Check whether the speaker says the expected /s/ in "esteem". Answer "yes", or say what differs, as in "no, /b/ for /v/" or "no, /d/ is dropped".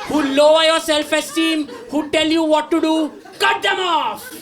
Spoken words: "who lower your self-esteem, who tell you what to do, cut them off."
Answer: yes